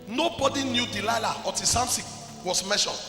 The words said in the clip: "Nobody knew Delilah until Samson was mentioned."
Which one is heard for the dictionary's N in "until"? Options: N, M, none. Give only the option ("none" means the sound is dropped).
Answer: none